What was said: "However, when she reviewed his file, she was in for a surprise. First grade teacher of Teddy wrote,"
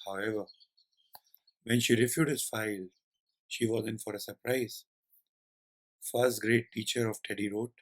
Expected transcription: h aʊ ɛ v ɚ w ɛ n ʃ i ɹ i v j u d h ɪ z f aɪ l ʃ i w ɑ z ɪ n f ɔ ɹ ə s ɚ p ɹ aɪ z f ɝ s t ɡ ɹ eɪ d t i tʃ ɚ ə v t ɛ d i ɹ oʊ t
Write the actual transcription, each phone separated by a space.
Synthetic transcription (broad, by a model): h aʊ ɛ v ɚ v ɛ n ʃ i ɹ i f j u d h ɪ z f aɪ l ʃ i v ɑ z ɪ n f ɔ ɹ ə s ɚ p ɹ aɪ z f ɝ s t ɡ ɹ eɪ t i tʃ ɚ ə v t ɛ d i ɹ oʊ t